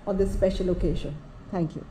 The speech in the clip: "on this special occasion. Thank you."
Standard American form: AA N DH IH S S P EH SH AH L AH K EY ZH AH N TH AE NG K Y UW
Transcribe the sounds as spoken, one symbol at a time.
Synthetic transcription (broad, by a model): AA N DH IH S S P EH SH AH L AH K EY SH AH N T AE NG K Y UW